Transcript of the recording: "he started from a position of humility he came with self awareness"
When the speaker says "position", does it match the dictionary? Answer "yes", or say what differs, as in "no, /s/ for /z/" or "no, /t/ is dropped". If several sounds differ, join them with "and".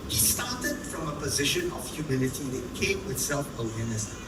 yes